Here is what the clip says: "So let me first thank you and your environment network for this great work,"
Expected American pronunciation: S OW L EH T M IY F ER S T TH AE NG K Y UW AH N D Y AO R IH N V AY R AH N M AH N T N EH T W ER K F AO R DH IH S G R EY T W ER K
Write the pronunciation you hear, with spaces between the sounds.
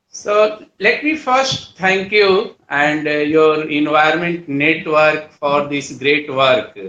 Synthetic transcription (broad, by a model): S OW L EH T M IY F ER S T T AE NG K Y UW AH N D Y AO R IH N V AY AH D M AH N T N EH T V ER K F AO R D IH S G R EY T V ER K